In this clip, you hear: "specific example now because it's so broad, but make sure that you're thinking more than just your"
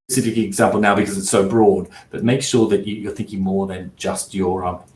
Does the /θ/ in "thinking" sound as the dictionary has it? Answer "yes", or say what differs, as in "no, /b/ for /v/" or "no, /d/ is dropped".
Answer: yes